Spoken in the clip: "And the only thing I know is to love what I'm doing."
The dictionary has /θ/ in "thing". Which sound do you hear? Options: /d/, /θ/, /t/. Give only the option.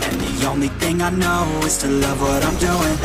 /θ/